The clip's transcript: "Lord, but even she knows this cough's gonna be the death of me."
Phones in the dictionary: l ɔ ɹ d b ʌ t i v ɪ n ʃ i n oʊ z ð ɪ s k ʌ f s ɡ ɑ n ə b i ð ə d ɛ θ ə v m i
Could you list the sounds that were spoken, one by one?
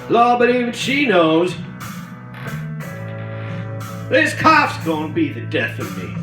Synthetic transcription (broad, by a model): l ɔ b ʌ t i v ɪ n ʃ i n oʊ z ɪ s k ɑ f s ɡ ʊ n b i ð ə d ɛ θ ə v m i